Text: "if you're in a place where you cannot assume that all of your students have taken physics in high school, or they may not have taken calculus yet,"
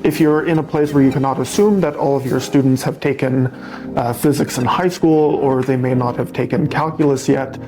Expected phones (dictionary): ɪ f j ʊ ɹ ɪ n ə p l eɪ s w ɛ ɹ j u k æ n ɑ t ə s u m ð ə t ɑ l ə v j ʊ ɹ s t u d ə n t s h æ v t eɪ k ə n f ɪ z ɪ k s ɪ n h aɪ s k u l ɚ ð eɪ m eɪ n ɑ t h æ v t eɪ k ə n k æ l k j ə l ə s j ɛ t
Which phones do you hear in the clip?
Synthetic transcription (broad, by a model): ɪ f j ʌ ɹ ɪ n ə p l eɪ s w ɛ ɹ j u k æ n ɑ t ə s u m ð ə t ɑ l ə v j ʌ ɹ s t u d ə n t s h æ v t eɪ k ə n f ɪ z ɪ k s ɪ n h aɪ s k u l ɚ ð eɪ m eɪ n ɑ t h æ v t eɪ k ə n k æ l k j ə l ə s j ɛ t